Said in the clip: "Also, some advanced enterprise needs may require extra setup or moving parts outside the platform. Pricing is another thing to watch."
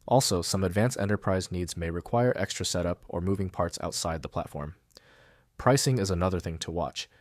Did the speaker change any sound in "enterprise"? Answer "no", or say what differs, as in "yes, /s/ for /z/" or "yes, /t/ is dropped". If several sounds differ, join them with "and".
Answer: no